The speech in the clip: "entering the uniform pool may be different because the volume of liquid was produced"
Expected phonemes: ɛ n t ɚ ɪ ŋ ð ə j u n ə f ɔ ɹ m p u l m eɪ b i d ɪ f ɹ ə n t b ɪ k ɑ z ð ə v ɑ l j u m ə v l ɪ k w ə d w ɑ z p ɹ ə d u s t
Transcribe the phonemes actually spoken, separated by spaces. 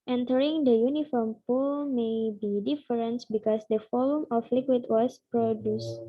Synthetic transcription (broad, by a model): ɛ n t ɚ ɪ ŋ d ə j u n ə f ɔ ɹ m p u l m eɪ b i d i f ɹ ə n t b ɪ k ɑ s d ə f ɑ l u m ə f l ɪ k w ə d w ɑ s p ɹ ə d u s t